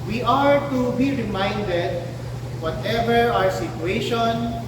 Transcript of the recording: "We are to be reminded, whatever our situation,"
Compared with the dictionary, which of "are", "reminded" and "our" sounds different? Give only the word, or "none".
none